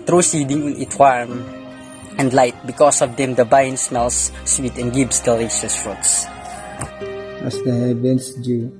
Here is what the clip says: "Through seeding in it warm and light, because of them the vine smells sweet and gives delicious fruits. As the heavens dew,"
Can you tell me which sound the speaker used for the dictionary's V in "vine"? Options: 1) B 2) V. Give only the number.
1